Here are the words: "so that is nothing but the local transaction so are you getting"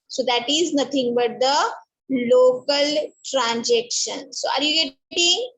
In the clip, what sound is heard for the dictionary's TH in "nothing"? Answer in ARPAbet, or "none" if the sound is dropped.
T